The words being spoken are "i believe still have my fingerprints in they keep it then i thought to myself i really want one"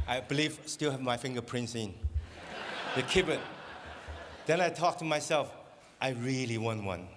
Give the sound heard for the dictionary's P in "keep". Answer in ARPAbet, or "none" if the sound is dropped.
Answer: B